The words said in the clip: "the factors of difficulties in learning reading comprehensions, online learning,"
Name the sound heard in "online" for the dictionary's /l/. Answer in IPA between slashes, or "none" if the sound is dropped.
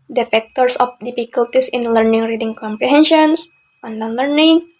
none